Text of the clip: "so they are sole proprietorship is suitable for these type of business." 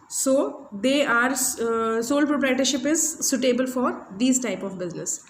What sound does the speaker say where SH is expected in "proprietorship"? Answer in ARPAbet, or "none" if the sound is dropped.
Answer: SH